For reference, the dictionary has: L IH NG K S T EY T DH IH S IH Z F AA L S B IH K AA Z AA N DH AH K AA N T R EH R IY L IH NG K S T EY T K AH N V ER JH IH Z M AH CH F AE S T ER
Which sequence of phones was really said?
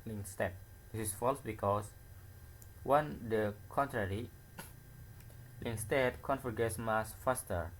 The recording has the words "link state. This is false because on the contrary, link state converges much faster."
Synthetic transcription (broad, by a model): L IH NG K S T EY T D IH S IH S F AA L S B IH K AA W AA N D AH K AA N T R EH R IY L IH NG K S T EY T K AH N F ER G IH S M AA S F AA S T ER